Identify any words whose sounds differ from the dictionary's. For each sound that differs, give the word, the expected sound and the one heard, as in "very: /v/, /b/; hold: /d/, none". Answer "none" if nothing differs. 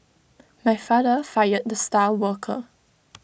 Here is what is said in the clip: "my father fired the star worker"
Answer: star: /ɹ/, /l/